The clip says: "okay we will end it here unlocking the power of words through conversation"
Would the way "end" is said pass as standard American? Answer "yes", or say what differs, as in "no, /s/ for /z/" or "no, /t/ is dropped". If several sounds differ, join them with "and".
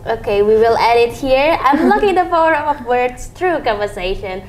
no, /n/ is dropped